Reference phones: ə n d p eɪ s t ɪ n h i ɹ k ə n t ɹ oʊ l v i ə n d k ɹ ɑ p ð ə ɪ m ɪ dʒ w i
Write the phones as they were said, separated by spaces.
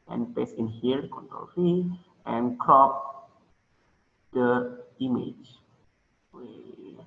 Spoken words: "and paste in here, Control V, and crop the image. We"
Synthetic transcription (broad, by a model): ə n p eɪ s ɪ n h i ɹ k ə n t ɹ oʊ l f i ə n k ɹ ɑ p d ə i m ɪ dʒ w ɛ